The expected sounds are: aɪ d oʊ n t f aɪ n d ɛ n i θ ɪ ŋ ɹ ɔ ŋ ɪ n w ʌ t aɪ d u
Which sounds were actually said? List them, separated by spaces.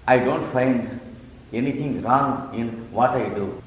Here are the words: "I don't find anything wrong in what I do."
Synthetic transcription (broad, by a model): aɪ d oʊ n t f aɪ n d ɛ n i t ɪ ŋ ɹ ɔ ŋ ɪ n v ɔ t aɪ d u